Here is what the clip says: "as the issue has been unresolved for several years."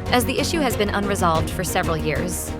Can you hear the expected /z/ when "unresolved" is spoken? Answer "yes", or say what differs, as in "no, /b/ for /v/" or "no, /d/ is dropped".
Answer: yes